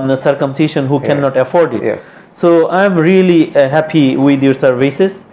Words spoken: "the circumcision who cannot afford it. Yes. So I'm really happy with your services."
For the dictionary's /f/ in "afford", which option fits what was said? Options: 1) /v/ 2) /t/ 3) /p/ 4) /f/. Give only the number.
4